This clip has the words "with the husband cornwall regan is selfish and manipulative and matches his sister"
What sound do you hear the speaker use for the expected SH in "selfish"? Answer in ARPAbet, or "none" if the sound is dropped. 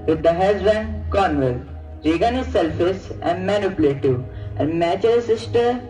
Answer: S